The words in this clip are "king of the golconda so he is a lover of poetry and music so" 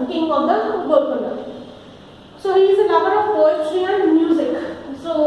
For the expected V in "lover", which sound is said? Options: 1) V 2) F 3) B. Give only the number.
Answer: 3